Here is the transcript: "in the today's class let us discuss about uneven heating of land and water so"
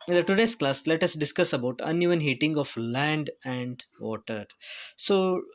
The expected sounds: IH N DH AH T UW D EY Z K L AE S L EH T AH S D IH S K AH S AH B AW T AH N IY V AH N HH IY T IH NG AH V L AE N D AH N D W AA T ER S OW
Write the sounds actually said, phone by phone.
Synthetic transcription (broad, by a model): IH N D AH T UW D EY S K L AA S L EH T AH S D IH S K AH S AH B AW T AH N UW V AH N HH IY T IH NG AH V L AE N D AH N D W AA T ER S OW